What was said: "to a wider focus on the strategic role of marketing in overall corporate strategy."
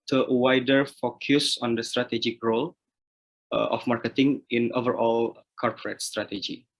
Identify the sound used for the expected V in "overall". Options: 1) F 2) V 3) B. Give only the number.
2